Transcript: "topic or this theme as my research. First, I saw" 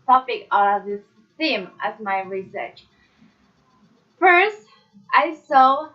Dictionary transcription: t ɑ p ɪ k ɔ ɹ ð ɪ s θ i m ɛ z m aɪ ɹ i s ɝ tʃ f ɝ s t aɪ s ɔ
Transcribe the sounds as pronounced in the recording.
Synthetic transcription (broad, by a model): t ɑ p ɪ k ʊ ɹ ð ɪ s θ i m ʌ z m aɪ ɹ i s ɝ tʃ f ɝ s t aɪ s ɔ